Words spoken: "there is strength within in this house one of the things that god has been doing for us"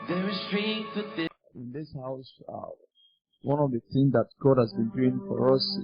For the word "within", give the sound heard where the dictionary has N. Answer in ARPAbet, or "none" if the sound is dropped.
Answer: none